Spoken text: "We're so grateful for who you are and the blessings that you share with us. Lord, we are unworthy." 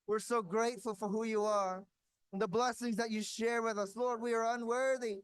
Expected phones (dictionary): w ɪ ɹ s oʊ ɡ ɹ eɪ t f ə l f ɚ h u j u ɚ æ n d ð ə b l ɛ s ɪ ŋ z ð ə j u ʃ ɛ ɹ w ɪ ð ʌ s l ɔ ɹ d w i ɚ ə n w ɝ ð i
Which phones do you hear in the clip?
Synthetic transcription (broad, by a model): w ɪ ɹ s oʊ ɡ ɹ eɪ t f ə l f ɚ h u j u ɚ n ð ə b l ɛ s ɪ ŋ z ð ə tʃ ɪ ʃ ɛ ɹ w ɪ ð ʌ s l ɔ ɹ d w i ɚ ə n w ɝ ð i